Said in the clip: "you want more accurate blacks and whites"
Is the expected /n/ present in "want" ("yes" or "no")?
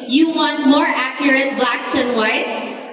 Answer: yes